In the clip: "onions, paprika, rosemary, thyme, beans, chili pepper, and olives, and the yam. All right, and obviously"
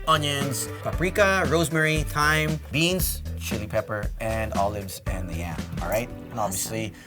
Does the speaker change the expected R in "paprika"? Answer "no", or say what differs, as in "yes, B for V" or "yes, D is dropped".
no